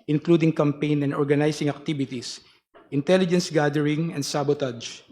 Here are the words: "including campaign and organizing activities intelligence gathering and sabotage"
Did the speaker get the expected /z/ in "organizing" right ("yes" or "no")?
no